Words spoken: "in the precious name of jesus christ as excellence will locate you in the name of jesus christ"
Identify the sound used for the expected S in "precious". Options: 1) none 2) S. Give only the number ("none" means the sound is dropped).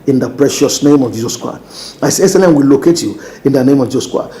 2